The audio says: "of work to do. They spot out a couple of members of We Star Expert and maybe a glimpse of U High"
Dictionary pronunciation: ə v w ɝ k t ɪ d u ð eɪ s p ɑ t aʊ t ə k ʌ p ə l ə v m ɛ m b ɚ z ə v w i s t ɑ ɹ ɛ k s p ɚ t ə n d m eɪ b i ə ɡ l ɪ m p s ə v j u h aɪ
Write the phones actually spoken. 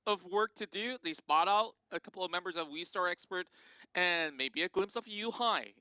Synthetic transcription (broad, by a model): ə v w ɝ k t ɪ d u ð eɪ s p ɑ t aʊ t ə k ʌ p l ə v m ɛ m b ɚ z ə v w i s t ɑ ɹ ɛ k s p ɚ t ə n m eɪ b i ə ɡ l ɪ m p s ə v j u h aɪ